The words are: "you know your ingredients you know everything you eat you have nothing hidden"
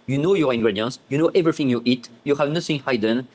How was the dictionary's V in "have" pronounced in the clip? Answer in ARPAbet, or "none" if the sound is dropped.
V